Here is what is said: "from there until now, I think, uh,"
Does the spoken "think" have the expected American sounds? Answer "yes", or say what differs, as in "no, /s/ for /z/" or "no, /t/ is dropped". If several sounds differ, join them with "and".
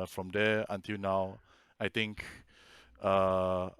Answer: no, /t/ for /θ/